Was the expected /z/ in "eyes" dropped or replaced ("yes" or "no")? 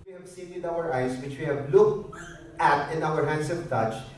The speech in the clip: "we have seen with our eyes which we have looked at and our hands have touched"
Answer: yes